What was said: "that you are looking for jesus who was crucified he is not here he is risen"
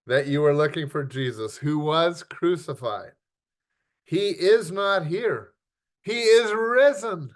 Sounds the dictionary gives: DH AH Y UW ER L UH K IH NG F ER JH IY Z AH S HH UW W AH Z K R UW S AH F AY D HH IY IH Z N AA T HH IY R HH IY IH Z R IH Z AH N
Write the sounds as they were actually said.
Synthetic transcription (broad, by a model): DH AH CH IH ER L UH K IH NG F ER JH IY Z AH S HH UW W AH Z K R UW S AH F AY D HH IY IH Z N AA T HH IY R HH IY IH Z R IH Z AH N